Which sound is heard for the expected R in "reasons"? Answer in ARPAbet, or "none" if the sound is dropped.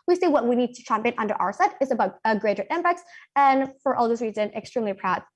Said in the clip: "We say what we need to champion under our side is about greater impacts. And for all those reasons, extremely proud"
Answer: W